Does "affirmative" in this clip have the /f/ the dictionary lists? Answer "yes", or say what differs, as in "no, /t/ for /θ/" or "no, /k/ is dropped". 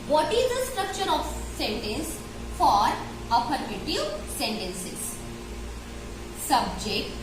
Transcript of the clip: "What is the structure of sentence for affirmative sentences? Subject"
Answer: no, /p/ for /f/